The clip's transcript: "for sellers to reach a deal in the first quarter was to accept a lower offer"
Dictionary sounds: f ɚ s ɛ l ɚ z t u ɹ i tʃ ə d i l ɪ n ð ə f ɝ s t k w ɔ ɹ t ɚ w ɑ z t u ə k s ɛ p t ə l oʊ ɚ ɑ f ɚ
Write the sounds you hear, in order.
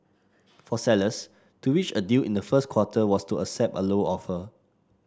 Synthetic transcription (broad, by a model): f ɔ s ɛ l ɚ s t u w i tʃ ə d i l ɪ n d ə f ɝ s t k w ɔ t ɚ w ɑ s t u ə s ɛ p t ə l oʊ ɑ f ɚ